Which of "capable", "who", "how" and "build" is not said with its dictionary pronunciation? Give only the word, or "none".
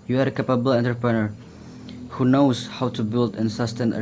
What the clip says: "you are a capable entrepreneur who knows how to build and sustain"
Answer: none